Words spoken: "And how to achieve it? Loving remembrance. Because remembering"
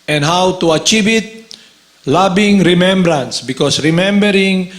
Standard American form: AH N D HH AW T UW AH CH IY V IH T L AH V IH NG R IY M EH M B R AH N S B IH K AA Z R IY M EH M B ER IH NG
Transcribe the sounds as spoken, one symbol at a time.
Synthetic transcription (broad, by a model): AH N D HH AW T UW AH CH IY V IH T L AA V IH NG R IY M EH M B R AH N S B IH K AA S R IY M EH M B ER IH NG